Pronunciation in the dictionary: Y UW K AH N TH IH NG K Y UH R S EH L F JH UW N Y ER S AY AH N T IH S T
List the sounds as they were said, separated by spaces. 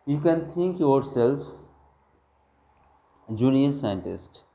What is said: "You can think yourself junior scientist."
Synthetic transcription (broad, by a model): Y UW K AH N T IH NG K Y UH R S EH L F JH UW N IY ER S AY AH N T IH S T